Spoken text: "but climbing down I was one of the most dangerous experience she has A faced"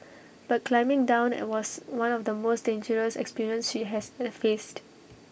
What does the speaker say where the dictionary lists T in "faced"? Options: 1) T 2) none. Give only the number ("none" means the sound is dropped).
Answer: 1